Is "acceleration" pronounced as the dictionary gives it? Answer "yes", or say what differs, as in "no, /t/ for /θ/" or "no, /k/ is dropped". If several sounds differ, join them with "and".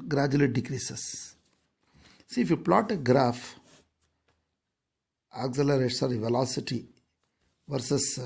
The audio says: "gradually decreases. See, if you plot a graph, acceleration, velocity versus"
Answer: no, /s/ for /ʃ/